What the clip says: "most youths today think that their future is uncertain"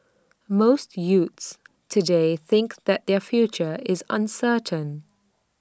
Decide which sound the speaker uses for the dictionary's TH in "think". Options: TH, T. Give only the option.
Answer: TH